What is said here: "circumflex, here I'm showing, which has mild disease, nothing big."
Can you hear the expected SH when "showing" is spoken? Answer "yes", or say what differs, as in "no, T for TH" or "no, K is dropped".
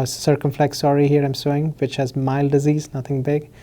no, S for SH